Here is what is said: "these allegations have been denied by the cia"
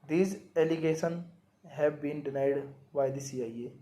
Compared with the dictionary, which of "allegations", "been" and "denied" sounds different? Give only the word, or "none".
allegations